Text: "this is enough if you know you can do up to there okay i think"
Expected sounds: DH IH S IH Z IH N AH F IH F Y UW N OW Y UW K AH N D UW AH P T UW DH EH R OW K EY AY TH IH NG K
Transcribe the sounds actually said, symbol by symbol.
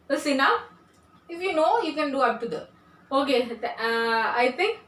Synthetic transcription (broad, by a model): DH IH S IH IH N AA IH F Y UW N OW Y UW K AH N D UW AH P T UW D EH OW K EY AY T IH NG K